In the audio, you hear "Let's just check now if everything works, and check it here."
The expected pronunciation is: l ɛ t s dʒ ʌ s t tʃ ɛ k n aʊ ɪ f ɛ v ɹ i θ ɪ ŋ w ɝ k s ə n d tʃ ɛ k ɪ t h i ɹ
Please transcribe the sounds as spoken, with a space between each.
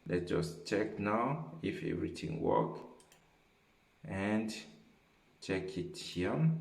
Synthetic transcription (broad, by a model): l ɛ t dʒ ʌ s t tʃ ɛ k n aʊ ɪ f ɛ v ɹ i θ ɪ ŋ w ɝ k ə n d tʃ ɛ k ɪ t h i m